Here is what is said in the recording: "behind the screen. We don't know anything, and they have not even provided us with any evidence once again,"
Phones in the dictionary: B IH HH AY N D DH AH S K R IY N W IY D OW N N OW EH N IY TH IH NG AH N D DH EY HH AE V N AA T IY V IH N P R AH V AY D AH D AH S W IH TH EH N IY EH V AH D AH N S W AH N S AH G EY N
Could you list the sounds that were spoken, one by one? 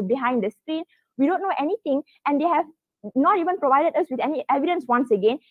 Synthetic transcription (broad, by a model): B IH HH AY N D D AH S K R IY N W IY D OW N N OW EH N IY T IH NG AH N D EY HH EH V N AA T IY V IH N P R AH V AY D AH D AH S W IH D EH N IY EH V AH D AH N S W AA N S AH G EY N